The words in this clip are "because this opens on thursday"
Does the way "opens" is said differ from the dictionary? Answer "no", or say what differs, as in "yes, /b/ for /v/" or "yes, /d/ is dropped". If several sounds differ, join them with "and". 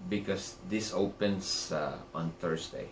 yes, /s/ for /z/